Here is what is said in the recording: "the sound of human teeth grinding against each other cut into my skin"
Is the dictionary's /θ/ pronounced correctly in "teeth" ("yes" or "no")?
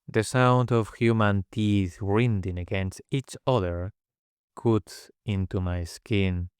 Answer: yes